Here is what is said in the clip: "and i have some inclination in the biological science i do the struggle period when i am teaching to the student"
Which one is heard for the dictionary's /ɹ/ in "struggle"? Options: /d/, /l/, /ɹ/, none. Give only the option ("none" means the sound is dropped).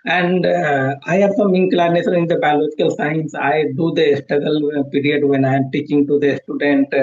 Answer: none